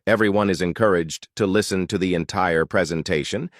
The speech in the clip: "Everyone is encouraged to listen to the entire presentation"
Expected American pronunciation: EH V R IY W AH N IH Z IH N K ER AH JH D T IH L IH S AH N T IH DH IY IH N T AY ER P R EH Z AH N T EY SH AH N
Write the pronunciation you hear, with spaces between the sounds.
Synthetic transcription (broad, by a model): EH V R IY W AH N IH Z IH N K ER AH JH T IH L IH S AH N T IH DH IY IH N T AY ER P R EH Z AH N T EY SH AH N